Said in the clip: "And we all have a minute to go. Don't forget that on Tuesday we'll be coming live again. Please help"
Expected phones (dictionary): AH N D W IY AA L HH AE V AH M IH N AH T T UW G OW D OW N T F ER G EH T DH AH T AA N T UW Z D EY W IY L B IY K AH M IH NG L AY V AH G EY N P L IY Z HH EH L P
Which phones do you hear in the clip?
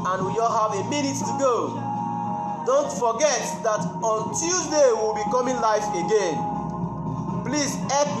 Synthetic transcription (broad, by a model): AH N W IY AA L HH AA V AH M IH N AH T T UW G OW D OW N T F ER G EH T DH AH T AA N T UW Z D EY W IY L B IY K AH M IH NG L AY F AH G EY N P L IY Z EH